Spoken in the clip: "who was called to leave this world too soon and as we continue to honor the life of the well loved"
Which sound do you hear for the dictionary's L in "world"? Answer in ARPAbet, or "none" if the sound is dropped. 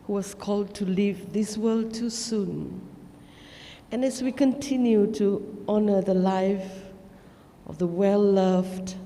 L